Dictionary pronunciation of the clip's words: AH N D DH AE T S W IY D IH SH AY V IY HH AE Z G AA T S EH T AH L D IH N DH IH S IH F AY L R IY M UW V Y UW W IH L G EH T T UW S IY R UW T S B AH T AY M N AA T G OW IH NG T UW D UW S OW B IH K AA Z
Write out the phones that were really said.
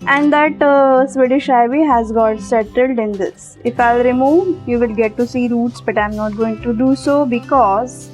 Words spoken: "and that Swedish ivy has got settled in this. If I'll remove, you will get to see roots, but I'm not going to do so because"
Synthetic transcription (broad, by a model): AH N D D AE T S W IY D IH SH AY V IY HH AE Z G AA T S EH T AH L D IH N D IH S IH F AY L R IY M UW V Y UW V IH L G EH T T UW S IY R UW T S B AH T AY M N AA T G OW IH NG T UW D UW S OW B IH K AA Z